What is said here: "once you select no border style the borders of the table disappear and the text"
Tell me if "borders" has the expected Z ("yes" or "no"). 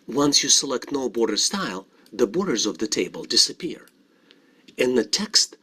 yes